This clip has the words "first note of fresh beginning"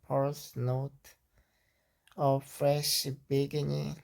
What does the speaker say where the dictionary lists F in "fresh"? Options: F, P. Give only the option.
F